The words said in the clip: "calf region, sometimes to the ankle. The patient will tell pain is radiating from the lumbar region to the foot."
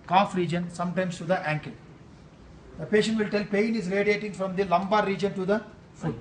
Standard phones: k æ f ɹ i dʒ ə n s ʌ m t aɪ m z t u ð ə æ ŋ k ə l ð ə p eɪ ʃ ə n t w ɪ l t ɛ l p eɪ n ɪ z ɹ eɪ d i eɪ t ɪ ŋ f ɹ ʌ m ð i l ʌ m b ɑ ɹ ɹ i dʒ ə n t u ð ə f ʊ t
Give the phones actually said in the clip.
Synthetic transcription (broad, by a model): k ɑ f ɹ i dʒ ə n s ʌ m t aɪ m s t u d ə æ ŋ k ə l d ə p eɪ ʃ ə n t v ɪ l t ɛ l p eɪ n ɪ z ɹ eɪ d i eɪ t ɪ ŋ f ɹ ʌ m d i l ʌ m b ɑ ɹ ɹ i dʒ ə n t u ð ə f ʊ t